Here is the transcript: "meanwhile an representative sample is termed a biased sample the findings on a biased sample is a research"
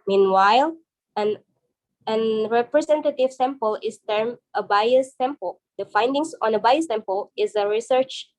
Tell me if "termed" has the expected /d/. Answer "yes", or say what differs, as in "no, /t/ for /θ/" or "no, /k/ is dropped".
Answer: no, /d/ is dropped